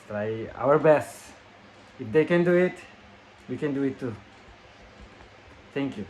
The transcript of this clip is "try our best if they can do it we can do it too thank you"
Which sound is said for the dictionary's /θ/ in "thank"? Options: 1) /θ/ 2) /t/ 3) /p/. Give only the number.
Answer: 2